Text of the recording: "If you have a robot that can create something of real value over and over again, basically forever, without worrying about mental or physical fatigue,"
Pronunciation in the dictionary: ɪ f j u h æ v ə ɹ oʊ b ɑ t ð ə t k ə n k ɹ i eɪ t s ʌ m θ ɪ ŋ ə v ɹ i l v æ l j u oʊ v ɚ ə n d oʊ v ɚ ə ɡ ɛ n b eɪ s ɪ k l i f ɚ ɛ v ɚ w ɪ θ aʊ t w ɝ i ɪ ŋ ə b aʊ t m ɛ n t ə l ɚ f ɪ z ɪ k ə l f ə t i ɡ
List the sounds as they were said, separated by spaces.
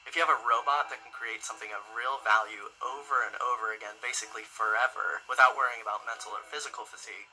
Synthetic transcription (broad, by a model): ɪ f j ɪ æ v ə ɹ oʊ b ɑ t ð ə t k n k ɹ i eɪ t s ʌ m θ ɪ ŋ ə v ɹ i l v æ l j u oʊ v ɚ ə n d oʊ v ɚ ə ɡ ɛ n b eɪ s ɪ k l i f ɚ ɛ v ɚ w ɪ θ aʊ t w ɝ i ɪ ŋ ə b aʊ t m ɛ n t l ɚ f ɪ z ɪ k l f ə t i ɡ